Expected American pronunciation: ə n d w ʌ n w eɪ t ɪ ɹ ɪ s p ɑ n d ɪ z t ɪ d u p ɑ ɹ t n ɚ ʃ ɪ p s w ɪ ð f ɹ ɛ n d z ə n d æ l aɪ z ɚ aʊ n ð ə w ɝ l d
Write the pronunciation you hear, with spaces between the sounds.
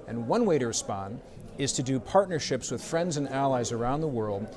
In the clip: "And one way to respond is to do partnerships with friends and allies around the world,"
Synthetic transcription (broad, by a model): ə n w ʌ n w eɪ t ɪ ɹ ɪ s p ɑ n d ɪ z t ɪ d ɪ p ɑ ɹ t n ɚ ʃ ɪ p s w ɪ ð f ɹ ɛ n d z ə n æ l aɪ z ɚ aʊ n ð ə w ɝ l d